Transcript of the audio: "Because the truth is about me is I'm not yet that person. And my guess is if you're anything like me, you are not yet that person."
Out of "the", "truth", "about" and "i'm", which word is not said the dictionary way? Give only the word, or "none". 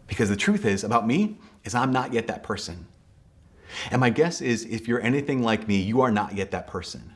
none